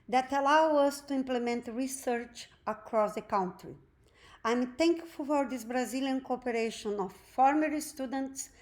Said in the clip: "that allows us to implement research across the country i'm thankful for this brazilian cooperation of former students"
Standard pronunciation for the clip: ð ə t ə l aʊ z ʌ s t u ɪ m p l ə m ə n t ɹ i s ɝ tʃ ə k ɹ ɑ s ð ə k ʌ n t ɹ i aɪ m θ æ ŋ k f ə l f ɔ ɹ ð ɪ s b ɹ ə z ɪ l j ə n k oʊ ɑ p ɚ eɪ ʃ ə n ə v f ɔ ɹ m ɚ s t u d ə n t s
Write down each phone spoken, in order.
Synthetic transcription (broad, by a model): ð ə t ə l aʊ ʌ s t u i m p l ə m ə n t ɹ i s ɝ tʃ ə k ɹ ɑ s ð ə k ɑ n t ɹ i aɪ m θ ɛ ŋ k f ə l f ɔ ɹ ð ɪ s b ɹ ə z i l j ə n k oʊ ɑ p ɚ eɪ ʃ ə n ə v f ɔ ɹ m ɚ s t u d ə n t s